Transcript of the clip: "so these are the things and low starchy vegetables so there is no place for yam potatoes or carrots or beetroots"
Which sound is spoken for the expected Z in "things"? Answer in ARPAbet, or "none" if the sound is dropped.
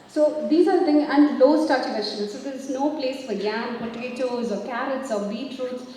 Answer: none